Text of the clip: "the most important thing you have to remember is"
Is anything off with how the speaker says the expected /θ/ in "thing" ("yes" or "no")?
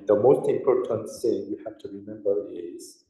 yes